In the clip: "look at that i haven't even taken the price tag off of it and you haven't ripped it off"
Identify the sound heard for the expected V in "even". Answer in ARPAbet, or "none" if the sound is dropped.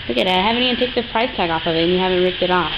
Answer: none